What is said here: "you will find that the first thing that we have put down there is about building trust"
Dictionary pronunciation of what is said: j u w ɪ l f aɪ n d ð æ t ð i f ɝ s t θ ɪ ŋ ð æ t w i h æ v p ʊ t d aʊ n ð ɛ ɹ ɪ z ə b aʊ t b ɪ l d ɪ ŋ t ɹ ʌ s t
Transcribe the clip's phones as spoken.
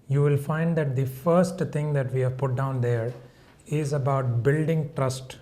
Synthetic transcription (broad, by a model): j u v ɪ l f aɪ n d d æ t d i f ɝ s t t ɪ ŋ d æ t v i h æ v p ʊ t d aʊ n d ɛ ɹ ɪ z ə b aʊ t b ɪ l d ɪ ŋ t ɹ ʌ s t